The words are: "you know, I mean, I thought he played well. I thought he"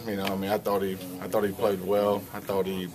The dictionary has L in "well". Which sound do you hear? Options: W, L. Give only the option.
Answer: L